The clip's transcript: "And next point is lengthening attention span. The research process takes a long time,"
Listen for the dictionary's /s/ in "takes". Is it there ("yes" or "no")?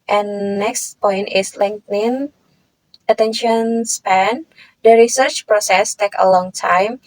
no